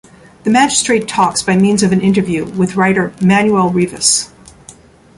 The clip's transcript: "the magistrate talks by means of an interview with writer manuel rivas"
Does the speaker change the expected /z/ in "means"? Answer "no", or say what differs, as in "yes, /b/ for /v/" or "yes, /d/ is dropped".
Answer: no